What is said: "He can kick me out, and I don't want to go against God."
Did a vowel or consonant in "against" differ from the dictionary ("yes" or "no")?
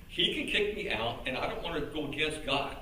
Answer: yes